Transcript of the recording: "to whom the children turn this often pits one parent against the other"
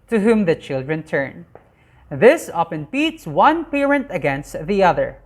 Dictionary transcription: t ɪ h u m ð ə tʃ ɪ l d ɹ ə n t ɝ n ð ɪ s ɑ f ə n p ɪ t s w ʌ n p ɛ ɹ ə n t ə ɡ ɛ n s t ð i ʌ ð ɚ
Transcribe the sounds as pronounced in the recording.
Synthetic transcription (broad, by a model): t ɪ h u m ð ə tʃ ɪ l d ɹ ə n t ɝ n ð ɪ s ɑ p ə n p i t s w ʌ n p ɛ ɹ ə n t ə ɡ ɛ n s t ð i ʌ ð ɚ